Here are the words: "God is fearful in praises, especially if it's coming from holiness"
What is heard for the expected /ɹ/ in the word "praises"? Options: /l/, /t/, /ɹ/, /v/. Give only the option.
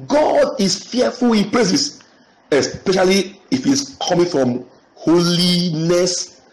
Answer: /l/